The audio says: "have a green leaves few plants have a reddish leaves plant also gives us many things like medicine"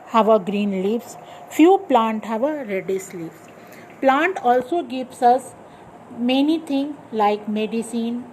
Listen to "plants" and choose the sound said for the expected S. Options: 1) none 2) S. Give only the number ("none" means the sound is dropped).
1